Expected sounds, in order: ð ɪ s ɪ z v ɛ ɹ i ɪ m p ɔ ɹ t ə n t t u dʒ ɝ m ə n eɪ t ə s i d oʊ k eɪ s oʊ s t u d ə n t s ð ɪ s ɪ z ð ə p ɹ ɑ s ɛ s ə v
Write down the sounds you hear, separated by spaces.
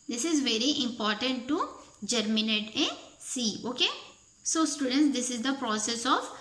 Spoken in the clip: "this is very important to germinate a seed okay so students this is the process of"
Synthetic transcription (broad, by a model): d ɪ s ɪ z v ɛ ɹ i ɪ m p ɔ ɹ t ə n t t u dʒ ɝ m ə n eɪ t ə s i oʊ k eɪ s oʊ s t u d ə n t s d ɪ s ɪ z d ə p ɹ ɑ s ɛ s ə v